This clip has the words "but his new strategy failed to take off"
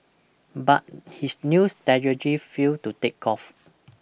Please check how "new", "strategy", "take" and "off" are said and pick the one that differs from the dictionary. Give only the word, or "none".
strategy